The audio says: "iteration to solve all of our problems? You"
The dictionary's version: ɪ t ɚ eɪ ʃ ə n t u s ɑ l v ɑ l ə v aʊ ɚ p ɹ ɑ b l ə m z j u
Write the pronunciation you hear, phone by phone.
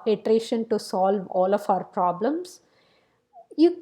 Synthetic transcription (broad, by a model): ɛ t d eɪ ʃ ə n t u s ɑ l v ɑ l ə f aʊ ɚ p ɹ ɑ b l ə m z j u